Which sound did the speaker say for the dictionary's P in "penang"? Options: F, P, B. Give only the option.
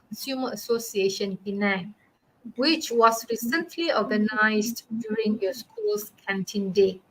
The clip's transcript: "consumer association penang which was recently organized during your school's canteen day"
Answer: B